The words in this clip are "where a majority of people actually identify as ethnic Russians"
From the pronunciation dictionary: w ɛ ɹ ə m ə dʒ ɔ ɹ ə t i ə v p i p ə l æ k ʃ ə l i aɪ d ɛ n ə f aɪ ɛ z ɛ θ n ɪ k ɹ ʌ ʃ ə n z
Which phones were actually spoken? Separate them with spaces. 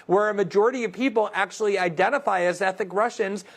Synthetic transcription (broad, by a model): w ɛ ɹ ə m ə dʒ ɔ ɹ ə t i ə v p i p l æ k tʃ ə l i aɪ d ɛ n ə f aɪ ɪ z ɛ θ ɪ k ɹ ʌ ʃ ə n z